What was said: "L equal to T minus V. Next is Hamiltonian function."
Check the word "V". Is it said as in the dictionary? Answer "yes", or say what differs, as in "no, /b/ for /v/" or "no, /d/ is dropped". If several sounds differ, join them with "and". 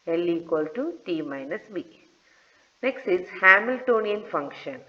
no, /b/ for /v/